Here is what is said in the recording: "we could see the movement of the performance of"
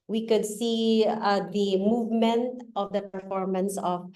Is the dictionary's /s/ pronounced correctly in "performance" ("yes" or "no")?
yes